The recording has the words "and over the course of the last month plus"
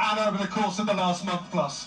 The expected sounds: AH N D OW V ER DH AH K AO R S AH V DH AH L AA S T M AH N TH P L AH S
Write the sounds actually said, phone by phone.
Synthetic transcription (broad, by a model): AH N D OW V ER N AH K AO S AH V DH AH L AA S T M AH N TH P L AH S